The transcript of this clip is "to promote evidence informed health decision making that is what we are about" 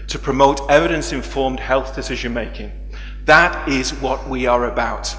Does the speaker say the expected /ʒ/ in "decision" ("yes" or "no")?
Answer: yes